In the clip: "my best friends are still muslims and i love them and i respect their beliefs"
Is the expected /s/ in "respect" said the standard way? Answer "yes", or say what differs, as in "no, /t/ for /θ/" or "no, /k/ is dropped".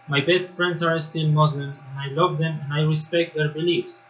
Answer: yes